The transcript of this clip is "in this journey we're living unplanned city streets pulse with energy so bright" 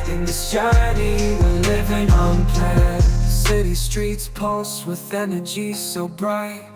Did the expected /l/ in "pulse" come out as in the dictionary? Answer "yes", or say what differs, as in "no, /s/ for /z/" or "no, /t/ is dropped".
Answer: no, /l/ is dropped